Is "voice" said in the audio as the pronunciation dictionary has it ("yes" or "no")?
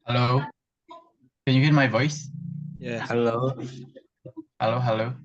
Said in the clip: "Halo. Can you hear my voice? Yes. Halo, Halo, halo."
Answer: yes